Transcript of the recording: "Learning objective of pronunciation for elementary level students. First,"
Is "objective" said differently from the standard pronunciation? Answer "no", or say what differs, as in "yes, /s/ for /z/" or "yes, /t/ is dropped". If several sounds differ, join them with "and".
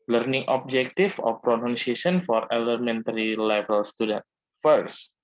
yes, /f/ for /v/